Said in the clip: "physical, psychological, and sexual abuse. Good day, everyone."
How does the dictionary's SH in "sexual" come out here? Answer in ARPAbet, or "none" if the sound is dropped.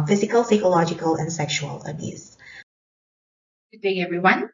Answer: SH